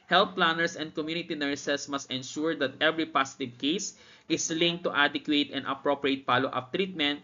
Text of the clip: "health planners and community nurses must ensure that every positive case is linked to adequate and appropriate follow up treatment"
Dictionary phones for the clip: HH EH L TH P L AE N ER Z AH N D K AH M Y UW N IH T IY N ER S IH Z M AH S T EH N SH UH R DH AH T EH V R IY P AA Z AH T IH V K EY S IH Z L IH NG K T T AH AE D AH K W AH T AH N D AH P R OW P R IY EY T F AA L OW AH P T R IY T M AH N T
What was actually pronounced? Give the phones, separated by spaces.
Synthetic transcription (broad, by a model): HH EH L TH P L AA N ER S AH N D K AH M Y UW N IH T IY N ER S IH S M AH S T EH N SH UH R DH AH T EH V R IY P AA S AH T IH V K EY S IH S L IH NG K T T AH D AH K W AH T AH N AH P R OW P R IY EY T P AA L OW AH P T R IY T M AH N T